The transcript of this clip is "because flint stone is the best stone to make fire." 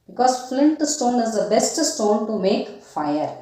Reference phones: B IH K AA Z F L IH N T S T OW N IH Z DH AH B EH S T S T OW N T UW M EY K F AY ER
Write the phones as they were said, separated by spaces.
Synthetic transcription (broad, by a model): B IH K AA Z F L IH N T S T OW N IH Z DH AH B EH S T S T OW N T UW M EY K F AY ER